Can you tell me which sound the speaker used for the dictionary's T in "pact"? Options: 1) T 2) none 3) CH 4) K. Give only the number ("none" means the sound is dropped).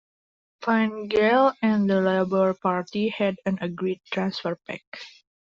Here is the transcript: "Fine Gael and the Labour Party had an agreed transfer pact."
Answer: 2